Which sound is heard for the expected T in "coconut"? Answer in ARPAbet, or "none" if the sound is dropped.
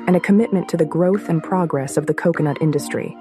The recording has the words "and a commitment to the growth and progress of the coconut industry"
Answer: T